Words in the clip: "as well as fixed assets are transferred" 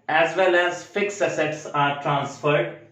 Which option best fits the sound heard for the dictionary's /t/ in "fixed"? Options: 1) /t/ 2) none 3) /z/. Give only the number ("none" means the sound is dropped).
2